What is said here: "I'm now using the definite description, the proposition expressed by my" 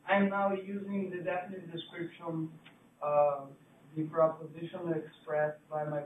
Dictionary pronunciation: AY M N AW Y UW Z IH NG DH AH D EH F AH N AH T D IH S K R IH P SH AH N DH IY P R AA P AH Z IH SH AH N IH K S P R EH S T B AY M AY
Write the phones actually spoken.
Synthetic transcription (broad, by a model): AY M N AW Y UW Z IH NG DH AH D EH F AH N AH T D IH S K R IH P SH AH N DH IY P R AA P AH Z IH SH AH N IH K S P R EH S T B AY M AY